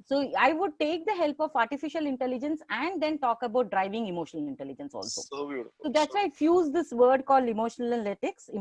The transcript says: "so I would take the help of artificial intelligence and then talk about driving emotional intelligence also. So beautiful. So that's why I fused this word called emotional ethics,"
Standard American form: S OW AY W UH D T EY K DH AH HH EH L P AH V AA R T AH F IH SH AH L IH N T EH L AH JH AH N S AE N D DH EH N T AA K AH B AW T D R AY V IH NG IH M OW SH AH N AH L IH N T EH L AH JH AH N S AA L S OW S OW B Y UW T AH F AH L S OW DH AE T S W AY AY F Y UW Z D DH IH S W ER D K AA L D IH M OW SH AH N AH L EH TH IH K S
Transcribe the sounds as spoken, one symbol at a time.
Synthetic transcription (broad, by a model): S OW AY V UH D T EY K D AH HH EH L P AH V AA R T AH F IH SH AH L IH N T EH L AH JH AH N S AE N D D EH N T AA K AH B AW T D R AY V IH NG IH M OW SH AH N AH L IH N T EH L AH JH AH N S AA L S OW S OW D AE T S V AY AY F Y UW Z D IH S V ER D K AA L D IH M OW SH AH N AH L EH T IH K S